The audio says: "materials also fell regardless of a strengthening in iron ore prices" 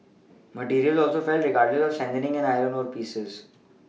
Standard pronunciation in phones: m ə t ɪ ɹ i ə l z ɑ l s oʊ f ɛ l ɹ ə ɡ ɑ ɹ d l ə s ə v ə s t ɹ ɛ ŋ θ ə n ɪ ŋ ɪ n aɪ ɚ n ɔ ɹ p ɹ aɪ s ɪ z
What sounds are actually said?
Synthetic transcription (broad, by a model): m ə t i ɹ i ə l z ɑ l s oʊ f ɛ l ɹ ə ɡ ɑ ɹ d l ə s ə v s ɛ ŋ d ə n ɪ ŋ ɪ n aɪ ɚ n ɔ ɹ p i s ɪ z